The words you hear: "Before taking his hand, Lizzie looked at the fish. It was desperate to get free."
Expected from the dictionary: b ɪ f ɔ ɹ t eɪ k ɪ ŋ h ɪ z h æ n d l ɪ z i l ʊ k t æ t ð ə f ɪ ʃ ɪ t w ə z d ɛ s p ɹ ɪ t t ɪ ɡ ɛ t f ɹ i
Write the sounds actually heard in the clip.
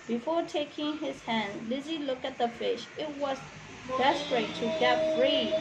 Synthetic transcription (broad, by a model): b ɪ f ɔ ɹ t eɪ k ɪ ŋ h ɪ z h æ n d l ɪ z i l ʊ k æ t ð ə f ɪ ʃ ɪ t w ə z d ɛ s p ɹ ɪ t t ɪ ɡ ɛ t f ɹ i